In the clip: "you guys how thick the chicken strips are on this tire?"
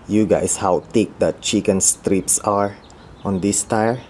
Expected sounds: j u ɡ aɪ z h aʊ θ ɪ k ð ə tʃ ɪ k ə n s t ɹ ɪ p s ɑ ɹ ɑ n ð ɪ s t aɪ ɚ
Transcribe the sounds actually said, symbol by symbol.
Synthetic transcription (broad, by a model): j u ɡ aɪ s h aʊ t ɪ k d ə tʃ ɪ k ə n s t ɹ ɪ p s ɑ ɹ ɑ n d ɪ s t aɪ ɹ